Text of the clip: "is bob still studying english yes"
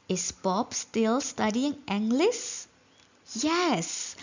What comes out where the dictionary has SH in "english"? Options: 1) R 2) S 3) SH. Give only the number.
2